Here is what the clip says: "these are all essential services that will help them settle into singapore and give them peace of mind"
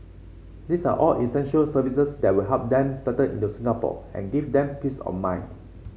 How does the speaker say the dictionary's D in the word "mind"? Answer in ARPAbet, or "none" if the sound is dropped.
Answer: none